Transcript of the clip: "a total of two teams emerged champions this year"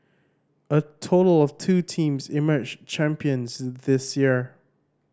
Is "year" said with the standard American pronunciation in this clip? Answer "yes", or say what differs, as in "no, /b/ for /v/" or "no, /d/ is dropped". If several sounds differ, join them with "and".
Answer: yes